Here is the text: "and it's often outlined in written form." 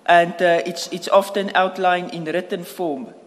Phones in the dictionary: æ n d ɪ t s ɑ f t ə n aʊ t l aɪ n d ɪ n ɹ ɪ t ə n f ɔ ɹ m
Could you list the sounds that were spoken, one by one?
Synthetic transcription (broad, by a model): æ n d ɪ t s ɑ f t ə n aʊ t l aɪ n ɪ n ɹ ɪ t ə n f ɔ m